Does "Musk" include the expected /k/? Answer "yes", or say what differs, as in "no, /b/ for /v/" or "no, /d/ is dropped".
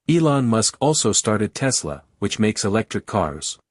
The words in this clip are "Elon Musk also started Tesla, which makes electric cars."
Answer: yes